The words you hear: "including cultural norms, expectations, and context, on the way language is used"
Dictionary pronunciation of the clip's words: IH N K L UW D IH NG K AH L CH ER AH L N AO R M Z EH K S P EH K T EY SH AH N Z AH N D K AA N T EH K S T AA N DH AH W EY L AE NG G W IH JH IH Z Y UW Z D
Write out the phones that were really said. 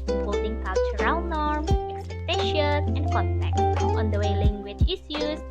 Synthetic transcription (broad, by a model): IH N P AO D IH NG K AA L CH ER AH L N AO R M EH K S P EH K T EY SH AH N S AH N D K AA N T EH K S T AA N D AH W EY L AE NG G W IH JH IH S Y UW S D